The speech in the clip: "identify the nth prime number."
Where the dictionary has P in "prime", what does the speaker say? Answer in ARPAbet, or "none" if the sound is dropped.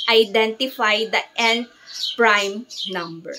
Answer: P